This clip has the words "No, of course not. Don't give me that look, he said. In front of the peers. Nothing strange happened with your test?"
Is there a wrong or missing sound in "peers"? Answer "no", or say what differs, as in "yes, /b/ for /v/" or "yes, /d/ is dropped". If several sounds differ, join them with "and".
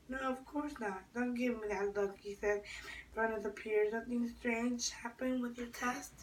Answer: no